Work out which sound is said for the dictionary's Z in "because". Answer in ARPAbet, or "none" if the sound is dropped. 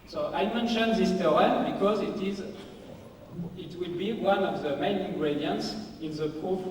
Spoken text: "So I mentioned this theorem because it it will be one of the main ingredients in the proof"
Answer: Z